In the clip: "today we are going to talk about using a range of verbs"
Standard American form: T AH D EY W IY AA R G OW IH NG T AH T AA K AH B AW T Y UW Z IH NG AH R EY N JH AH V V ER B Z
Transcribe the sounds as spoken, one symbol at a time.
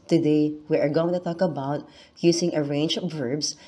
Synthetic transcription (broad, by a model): T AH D EY W IY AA R G OW IH NG T AH T AA K AH B AW T Y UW S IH NG AH R EY N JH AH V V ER B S